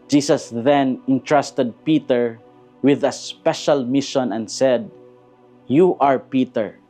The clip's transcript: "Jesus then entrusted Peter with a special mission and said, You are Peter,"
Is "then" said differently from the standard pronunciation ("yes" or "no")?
no